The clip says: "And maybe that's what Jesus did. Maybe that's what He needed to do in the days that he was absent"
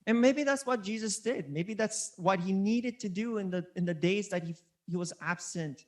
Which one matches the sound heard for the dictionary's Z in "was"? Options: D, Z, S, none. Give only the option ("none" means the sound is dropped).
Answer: Z